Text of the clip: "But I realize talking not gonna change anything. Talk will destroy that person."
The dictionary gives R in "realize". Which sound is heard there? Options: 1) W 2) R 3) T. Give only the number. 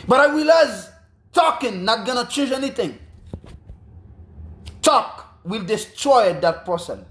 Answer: 1